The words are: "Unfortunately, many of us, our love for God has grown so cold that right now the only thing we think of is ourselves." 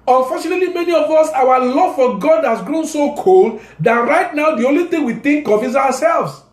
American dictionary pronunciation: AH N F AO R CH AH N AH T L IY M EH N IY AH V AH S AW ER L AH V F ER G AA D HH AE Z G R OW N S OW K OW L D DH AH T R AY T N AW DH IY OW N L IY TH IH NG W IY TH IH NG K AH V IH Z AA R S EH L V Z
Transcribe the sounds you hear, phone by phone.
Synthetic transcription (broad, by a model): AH N F AO CH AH N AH T L IY M EH N IY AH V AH S AW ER L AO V F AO G AA D HH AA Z G R OW N S OW K OW L D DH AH T R AY T N AW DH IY OW N L IY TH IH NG W IY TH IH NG K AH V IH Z AA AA S EH L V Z